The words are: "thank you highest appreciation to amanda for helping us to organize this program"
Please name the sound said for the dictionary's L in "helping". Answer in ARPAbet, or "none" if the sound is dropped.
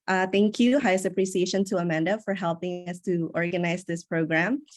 L